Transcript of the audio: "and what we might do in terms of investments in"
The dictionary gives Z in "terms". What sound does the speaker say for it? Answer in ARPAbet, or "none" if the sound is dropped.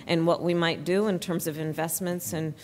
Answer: Z